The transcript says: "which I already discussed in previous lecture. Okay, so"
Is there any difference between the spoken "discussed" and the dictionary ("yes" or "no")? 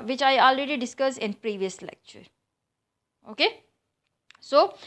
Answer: yes